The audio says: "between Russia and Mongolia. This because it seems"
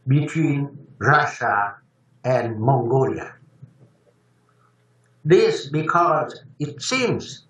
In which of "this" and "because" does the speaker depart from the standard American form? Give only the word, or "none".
none